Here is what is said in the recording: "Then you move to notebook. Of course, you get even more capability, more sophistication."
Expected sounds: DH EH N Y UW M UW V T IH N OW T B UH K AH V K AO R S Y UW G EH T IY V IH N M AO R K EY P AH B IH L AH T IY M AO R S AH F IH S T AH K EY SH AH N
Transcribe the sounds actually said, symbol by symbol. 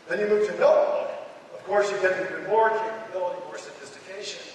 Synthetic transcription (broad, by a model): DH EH N Y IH M UW V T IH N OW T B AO AH V K AO R S Y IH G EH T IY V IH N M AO R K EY AH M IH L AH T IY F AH R S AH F IH S T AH K EY SH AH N